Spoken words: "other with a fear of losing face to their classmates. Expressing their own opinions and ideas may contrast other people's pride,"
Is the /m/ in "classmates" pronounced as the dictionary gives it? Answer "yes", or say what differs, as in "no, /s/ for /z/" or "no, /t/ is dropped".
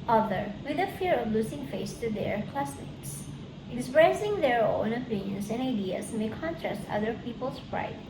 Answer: no, /m/ is dropped